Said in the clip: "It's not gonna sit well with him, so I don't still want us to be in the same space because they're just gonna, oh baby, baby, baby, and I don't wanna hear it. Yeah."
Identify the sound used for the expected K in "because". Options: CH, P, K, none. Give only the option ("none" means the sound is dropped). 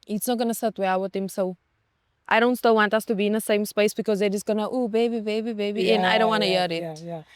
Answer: K